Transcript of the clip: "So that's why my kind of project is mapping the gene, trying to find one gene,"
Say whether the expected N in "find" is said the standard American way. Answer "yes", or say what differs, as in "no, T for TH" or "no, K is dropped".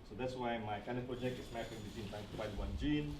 no, N is dropped